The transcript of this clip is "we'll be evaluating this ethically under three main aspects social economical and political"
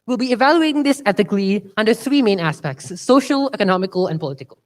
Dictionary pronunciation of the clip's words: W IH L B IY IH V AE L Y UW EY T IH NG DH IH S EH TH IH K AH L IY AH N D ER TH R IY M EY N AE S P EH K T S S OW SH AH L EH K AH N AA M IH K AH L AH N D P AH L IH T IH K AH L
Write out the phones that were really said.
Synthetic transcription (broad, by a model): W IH L B IY IH V AE L Y UW EY T IH NG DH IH S EH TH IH K L IY AH N D ER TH R IY M EY N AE S P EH K T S S OW SH AH L EH K AH N AA M IH K AH L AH N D P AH L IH T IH K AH L